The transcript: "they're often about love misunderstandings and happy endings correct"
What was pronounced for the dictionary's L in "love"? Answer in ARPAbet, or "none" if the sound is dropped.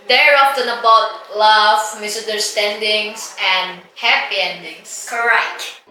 L